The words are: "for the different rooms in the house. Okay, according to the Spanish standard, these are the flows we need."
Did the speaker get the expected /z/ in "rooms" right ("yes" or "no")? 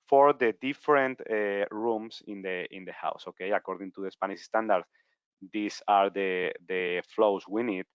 no